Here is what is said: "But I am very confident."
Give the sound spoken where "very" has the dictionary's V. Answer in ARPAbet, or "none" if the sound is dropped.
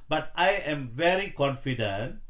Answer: V